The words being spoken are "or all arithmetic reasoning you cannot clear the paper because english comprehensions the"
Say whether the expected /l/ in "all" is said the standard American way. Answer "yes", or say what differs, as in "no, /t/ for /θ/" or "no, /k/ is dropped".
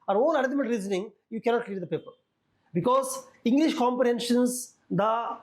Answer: no, /n/ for /l/